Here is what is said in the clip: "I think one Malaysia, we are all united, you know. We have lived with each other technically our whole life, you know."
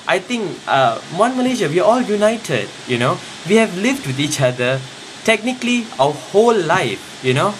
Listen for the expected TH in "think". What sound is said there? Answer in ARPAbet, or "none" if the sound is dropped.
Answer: T